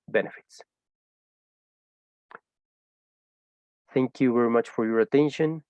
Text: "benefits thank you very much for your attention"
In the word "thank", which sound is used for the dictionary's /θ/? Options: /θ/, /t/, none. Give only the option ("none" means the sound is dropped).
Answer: /θ/